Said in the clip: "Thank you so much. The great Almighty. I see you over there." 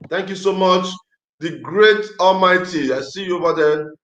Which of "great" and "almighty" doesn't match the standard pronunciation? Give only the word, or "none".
none